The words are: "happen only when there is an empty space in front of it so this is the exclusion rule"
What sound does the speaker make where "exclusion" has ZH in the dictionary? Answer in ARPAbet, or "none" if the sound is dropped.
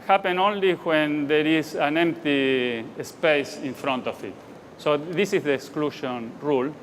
SH